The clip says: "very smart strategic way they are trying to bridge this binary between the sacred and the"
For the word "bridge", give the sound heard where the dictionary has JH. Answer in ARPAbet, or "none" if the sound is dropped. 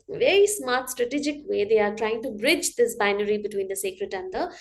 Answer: JH